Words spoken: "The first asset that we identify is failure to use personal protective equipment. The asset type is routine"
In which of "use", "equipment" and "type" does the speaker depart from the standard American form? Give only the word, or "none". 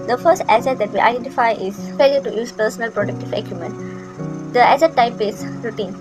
equipment